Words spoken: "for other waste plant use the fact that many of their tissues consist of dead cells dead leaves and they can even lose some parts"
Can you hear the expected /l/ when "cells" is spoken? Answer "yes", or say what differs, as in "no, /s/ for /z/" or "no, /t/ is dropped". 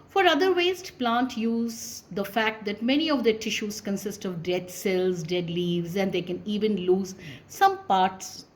yes